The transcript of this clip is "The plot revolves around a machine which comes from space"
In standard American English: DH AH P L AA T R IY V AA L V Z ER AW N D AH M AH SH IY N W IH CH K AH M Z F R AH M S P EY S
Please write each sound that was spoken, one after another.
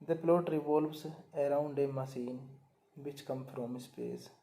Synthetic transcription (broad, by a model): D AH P L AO T R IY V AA L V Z ER AW N D AH M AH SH IY N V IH CH K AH M F R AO M S P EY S